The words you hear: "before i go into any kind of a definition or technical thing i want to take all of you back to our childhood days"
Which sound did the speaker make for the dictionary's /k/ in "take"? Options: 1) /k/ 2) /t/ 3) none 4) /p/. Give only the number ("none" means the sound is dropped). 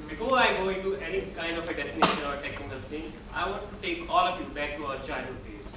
1